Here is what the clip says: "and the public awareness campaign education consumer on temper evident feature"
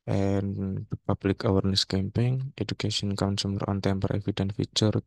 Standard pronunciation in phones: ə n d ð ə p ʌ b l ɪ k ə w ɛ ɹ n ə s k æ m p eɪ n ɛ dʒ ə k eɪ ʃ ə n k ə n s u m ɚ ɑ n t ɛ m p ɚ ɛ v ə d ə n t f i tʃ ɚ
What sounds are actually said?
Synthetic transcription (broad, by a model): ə n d p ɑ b l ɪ k ə w ɛ ɹ n ə s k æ m p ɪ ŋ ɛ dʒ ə k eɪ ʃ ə n k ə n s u m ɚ ɑ n t ɛ m p ɚ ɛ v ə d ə n f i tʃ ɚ